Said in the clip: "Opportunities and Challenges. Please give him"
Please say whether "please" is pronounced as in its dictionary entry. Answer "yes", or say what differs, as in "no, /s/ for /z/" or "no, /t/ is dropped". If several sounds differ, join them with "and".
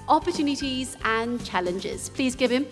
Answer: yes